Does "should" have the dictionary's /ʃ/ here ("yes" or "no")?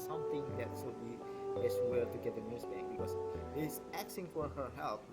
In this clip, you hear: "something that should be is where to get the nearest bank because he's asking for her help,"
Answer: no